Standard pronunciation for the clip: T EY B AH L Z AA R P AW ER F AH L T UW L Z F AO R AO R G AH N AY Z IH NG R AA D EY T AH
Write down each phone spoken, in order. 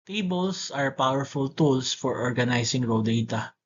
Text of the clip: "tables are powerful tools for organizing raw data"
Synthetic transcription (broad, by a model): T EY B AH L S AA R P AW ER F AH L T UW L S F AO R AO R G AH N AY S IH NG R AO D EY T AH